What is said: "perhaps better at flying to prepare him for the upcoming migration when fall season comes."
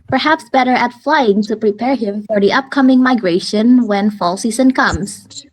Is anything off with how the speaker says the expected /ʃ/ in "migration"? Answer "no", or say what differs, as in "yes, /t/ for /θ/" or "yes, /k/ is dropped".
no